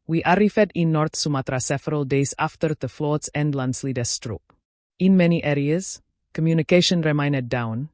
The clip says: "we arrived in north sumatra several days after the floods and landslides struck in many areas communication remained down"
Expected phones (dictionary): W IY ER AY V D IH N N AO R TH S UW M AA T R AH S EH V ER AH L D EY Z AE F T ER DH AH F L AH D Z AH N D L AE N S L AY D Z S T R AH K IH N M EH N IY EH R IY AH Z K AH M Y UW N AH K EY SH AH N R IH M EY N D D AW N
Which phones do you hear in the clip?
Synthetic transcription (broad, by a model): W IY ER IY F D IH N N AO R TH S UW M AA T R AH S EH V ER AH L D EY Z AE F T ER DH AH F L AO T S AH N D L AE N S L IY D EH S T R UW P IH N M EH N IY EH R IY AH Z K AH M Y UW N AH K EY SH AH N R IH M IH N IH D AW N